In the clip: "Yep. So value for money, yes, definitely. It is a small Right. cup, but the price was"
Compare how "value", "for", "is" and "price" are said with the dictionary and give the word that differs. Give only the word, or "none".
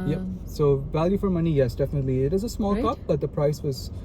none